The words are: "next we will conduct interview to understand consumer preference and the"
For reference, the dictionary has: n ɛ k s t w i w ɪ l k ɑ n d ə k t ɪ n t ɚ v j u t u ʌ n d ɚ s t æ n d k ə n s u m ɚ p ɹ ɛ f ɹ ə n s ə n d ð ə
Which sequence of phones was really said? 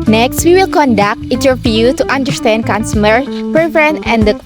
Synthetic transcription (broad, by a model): n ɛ k s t w i w ɪ l k ɑ n d ə k t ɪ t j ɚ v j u t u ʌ n d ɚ s t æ n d k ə n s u m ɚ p ɹ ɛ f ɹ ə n ə n d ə